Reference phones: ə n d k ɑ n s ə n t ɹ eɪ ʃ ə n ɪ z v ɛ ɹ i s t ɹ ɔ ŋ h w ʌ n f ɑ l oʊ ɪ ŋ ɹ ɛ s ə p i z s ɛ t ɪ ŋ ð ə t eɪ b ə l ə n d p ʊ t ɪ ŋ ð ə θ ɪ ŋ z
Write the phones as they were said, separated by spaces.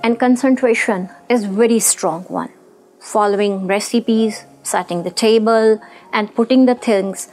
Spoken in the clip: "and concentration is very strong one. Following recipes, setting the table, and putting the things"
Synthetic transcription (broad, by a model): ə n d k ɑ n s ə n t ɹ eɪ ʃ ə n ɪ z v ɛ ɹ i s t ɹ ɔ ŋ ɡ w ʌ n f ɑ l oʊ ɪ ŋ ɹ ɛ s ə p i z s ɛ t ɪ ŋ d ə t eɪ b ə l ə n d p ʊ t ɪ ŋ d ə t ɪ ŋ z